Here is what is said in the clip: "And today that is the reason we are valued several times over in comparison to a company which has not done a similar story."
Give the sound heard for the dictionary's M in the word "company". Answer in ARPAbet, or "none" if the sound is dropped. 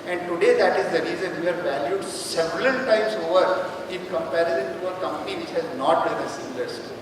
M